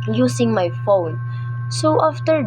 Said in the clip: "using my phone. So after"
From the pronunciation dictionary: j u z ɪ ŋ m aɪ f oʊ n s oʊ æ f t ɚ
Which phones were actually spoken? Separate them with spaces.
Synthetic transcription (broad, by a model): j u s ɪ ŋ m aɪ f oʊ n s oʊ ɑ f t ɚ